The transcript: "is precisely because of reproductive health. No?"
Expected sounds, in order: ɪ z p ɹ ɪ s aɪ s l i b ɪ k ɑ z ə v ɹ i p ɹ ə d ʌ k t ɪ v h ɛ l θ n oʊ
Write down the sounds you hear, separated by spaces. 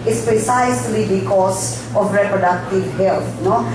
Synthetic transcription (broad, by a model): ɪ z p ɹ ɪ s aɪ s l i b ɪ k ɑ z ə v ɹ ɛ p ɹ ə d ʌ k t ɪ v h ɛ l t n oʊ